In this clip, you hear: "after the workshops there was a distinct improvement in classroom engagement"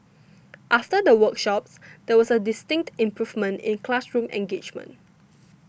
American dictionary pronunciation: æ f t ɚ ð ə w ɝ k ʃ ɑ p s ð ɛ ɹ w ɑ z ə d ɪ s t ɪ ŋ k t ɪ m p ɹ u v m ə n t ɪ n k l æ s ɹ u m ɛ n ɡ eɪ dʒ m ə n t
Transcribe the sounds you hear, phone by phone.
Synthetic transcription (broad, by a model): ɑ f t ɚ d ə w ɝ k ʃ ɑ p s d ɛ w ɑ s ə d ɪ s t ɪ ŋ k t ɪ m p ɹ u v m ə n t ɪ n k l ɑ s ɹ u m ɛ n ɡ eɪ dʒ m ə n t